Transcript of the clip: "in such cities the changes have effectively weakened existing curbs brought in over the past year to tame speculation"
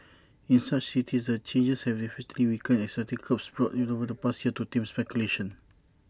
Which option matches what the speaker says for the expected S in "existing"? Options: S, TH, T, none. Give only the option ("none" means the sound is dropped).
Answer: none